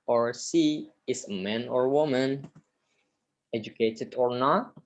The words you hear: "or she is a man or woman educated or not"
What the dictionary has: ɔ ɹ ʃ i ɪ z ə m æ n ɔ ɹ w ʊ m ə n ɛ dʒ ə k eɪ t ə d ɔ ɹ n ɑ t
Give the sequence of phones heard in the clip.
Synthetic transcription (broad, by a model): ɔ ɹ s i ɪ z ə m æ n ɔ ɹ w ʊ m ə n ɛ dʒ ə k eɪ t ə d ɔ ɹ n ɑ t